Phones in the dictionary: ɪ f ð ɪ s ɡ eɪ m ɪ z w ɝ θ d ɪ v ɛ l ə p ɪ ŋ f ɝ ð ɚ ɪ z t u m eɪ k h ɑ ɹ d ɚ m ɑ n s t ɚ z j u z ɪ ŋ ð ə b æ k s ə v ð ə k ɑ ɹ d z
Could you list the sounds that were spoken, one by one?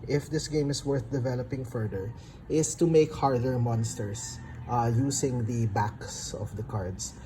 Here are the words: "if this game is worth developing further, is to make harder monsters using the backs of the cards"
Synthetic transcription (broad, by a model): ɪ f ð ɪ s ɡ eɪ m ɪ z w ɝ θ d ɪ v ɛ l ə p ɪ ŋ f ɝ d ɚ ɪ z t u m eɪ k h ɑ ɹ d ɚ m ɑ n s t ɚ s j u s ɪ ŋ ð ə b æ k s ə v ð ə k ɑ ɹ d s